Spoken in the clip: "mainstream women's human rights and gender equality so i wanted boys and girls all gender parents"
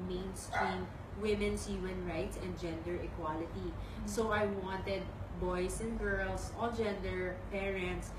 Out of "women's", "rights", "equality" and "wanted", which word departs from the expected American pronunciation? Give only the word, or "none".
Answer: women's